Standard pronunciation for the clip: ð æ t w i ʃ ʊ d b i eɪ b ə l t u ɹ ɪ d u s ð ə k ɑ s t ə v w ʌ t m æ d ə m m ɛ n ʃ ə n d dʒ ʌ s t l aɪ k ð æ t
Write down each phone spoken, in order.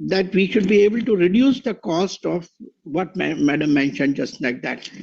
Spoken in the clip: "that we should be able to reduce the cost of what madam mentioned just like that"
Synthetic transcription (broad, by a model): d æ t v i ʃ ʊ d b i eɪ b ə l t u ɹ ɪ d u s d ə k ɑ s t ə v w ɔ t m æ d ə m m ɛ n ʃ ə n d dʒ ʌ s t l aɪ k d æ t